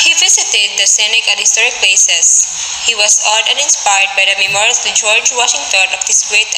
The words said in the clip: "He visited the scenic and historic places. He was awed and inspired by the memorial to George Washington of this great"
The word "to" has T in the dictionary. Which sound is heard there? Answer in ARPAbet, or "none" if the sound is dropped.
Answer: S